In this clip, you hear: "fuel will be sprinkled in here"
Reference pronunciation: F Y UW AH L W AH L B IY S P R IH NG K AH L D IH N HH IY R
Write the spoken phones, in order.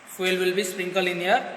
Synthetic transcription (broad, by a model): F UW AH L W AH L B IY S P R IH NG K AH L IH N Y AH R